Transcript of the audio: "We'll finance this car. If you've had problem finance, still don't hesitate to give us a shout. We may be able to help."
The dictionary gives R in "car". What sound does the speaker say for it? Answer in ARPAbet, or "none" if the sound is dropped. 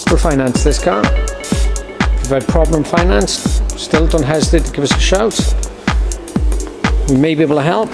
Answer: W